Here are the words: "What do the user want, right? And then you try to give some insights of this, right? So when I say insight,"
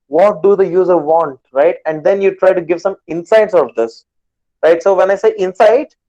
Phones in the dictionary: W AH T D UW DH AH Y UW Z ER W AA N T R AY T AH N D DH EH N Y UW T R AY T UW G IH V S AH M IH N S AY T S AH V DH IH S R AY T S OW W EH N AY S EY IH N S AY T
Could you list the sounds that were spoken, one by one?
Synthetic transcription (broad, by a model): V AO T D UW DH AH Y UW Z ER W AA N T R AY T AH N D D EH N Y UW T R AY T UW G IH V S AH M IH N S AY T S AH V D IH S R AY T S OW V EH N AY S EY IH N S AY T